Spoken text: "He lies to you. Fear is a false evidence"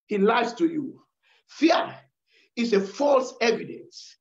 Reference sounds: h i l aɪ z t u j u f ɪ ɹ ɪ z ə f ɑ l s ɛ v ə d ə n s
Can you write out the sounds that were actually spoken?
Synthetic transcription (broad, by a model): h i l aɪ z t u j u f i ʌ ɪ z ə f ɑ l s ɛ v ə d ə n s